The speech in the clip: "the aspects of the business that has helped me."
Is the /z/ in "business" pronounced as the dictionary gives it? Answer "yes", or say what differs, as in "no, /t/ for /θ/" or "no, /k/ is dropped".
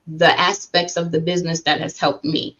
yes